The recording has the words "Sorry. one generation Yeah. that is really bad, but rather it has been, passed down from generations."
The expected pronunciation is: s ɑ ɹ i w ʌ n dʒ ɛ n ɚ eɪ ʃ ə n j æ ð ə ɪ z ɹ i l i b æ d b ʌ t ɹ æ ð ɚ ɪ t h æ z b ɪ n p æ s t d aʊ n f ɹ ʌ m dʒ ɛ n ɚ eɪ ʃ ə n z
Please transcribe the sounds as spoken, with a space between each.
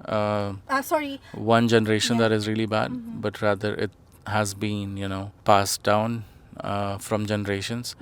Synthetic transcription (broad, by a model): s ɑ ɹ i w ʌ n dʒ ɛ n ɚ eɪ ʃ ə n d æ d ɪ z ɹ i l i b æ d b ʌ t ɹ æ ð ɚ ɪ t h æ z b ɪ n p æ s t d aʊ n f ɹ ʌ m dʒ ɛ n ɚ eɪ ʃ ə n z